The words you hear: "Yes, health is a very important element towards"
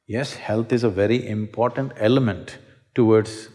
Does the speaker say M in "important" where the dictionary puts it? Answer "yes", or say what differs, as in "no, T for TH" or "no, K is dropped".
yes